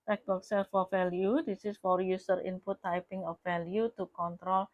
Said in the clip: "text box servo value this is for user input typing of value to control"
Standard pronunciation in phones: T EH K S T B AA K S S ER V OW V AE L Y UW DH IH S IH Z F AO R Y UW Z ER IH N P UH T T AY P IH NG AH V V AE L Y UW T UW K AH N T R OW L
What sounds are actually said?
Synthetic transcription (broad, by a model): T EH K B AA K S S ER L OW F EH L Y UW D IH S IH S F AO R Y UW S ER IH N P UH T T AY P IH NG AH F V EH L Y UW T UW K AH N T R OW L